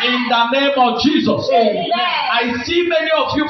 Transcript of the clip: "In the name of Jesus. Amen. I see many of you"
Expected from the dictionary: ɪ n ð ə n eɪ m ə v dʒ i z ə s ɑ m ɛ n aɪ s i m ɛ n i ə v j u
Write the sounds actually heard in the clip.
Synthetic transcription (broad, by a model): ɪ n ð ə n eɪ m ə v dʒ i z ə s ɑ ɪ s i m ɛ n i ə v j u